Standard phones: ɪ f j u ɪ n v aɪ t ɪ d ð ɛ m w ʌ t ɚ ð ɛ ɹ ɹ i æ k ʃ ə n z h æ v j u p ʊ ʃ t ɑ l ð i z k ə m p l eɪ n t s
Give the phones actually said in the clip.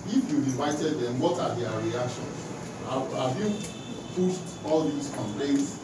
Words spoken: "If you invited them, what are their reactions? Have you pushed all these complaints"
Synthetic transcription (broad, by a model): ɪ f j u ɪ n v aɪ t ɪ d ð ɛ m w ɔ t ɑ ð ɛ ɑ ɹ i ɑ k ʃ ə n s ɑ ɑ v j u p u s t ɑ l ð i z k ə m p l eɪ n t s